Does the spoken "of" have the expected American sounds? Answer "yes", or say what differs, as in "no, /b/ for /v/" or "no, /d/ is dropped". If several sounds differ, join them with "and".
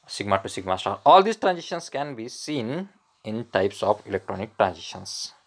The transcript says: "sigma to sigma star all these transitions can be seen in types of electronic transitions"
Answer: no, /p/ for /v/